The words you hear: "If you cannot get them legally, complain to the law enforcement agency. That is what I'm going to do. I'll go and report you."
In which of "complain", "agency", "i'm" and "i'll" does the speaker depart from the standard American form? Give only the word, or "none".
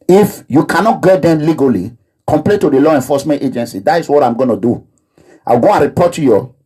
i'll